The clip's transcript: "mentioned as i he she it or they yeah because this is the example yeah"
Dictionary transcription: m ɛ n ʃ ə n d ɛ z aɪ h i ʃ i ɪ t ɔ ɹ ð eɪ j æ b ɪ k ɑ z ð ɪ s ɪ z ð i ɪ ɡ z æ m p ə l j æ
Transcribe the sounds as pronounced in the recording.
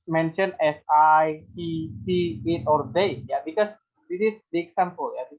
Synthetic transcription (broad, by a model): m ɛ n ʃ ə n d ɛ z aɪ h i s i ɪ t ɔ ɹ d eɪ j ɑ b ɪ k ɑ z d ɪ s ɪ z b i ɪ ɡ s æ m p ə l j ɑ